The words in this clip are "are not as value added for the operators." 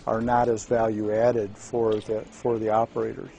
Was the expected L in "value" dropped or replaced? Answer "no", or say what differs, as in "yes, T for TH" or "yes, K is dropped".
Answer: no